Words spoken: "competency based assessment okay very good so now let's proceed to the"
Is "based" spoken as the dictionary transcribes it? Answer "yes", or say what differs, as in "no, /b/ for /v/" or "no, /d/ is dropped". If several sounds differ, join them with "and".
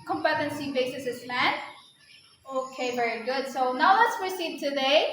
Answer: no, /t/ is dropped